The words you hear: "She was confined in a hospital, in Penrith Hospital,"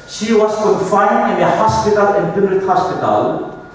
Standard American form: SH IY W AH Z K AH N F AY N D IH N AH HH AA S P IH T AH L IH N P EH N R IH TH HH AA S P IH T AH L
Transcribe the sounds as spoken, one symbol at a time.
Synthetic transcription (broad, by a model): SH IY W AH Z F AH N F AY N IH N AH HH AA S P IH T AH L IH N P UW R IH T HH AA S P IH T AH L